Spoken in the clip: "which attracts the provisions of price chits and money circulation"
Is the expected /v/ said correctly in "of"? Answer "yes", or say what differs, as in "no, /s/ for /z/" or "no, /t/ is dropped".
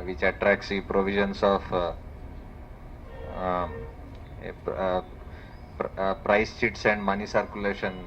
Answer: no, /p/ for /v/